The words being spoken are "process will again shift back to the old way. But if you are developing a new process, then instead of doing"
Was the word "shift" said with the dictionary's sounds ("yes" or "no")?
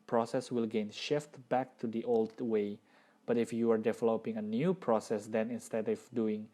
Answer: yes